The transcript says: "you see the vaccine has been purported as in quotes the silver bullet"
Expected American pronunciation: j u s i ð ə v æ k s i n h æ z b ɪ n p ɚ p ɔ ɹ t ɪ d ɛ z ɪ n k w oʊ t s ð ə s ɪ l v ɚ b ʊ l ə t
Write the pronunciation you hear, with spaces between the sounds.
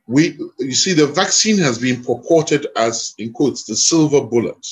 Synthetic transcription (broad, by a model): j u s i ð ə v æ k s i n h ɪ z b ɪ n p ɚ p ɔ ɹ t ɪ d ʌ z ɪ n k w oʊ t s ð ə s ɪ l v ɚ b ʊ l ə t